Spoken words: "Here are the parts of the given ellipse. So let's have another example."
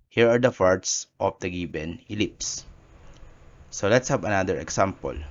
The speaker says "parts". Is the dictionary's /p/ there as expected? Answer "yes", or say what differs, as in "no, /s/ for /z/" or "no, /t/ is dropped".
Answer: no, /f/ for /p/